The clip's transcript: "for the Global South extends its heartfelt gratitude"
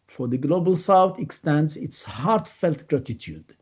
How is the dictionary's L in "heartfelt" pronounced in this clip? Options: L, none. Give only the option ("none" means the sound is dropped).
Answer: L